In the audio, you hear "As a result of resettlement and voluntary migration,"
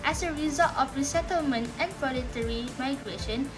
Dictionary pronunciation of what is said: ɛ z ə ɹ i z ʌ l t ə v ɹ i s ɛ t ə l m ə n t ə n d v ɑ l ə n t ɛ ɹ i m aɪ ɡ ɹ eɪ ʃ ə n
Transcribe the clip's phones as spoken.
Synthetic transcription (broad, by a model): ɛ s ə ɹ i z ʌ l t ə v ɹ i s ɛ t ə l m ə n t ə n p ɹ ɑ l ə t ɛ ɹ i m aɪ ɡ ɹ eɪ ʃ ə n